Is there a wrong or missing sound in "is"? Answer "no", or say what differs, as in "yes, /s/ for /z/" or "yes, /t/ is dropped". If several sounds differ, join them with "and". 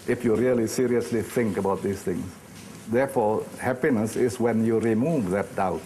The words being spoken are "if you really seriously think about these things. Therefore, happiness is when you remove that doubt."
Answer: yes, /s/ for /z/